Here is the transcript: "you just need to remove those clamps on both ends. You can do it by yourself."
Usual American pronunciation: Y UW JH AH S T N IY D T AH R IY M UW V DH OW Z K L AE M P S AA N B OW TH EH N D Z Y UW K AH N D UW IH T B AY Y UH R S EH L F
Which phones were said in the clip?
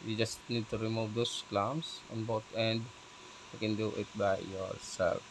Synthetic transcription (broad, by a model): Y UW JH AH S T N IY D T AH R IY M UW V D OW S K L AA M S AA N B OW T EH N D Y UW K AH N D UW IH T B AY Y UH R S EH L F